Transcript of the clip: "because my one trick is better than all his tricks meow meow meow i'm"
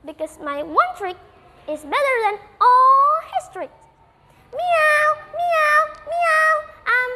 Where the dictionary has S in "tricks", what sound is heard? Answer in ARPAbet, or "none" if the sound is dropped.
none